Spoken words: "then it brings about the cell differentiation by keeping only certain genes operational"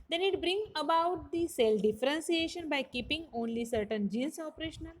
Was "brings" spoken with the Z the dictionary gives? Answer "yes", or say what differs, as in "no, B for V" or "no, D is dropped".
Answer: no, Z is dropped